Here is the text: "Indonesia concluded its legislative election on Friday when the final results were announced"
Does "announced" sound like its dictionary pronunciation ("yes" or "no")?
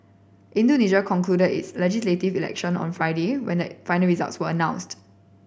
yes